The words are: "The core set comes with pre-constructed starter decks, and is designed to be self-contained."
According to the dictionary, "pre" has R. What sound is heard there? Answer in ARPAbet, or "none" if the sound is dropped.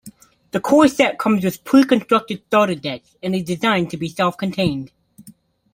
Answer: none